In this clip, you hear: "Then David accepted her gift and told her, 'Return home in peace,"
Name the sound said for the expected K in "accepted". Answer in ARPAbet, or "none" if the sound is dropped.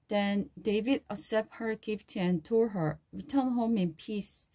none